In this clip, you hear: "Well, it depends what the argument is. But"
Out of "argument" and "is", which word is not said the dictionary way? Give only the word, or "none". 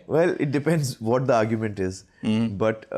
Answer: none